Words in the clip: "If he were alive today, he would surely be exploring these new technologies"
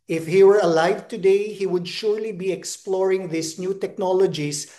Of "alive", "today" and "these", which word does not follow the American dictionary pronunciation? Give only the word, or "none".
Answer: these